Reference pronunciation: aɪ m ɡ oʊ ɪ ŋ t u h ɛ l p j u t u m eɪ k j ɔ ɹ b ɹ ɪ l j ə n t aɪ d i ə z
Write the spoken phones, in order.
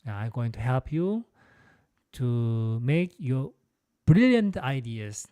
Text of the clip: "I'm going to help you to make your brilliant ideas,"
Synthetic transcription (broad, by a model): aɪ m ɡ oʊ ɪ ŋ t u h ɛ l p j u t u m eɪ k j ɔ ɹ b ɹ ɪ l j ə n t aɪ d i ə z